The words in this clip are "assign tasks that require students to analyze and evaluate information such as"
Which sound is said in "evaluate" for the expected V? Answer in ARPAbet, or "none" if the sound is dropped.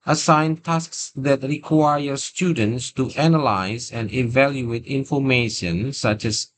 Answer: V